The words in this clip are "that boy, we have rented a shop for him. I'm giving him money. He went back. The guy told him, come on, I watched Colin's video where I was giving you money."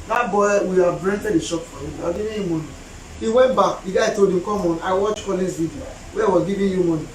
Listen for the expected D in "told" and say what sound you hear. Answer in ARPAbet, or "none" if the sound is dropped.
D